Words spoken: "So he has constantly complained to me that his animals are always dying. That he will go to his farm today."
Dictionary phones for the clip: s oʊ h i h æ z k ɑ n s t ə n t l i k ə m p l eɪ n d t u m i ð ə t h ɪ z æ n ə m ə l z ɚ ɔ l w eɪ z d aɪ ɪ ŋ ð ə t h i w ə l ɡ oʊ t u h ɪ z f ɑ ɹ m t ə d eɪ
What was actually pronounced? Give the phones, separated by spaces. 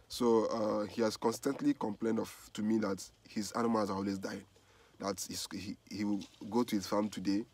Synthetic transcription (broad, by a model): s oʊ h i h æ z k ɑ n s t ə n t l i k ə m p l eɪ n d t u m i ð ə t h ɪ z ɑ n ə m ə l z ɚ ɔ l w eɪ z d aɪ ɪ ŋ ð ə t h i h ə w ɡ oʊ t u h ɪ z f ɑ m t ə d eɪ